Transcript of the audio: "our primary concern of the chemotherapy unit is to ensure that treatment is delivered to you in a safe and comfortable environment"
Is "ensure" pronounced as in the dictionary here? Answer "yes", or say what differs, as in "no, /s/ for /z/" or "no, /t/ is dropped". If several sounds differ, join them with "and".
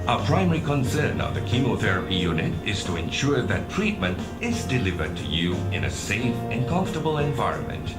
yes